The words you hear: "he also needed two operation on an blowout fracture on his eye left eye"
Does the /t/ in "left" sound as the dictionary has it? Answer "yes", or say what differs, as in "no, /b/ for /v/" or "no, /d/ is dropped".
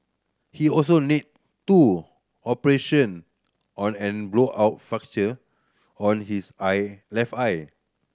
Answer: no, /t/ is dropped